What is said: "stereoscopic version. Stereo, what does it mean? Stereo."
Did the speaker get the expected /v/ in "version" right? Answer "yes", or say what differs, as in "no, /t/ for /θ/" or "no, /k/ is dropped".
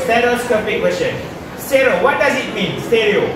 no, /w/ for /v/